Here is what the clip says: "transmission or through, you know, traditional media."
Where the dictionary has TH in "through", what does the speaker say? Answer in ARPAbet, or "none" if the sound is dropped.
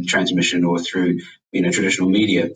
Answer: TH